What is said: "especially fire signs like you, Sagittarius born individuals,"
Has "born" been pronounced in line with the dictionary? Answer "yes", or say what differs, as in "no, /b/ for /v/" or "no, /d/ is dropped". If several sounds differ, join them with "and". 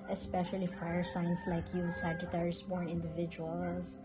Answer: no, /n/ is dropped